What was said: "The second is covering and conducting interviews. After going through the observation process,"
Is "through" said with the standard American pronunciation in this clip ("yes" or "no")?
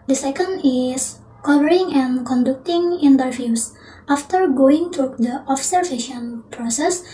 no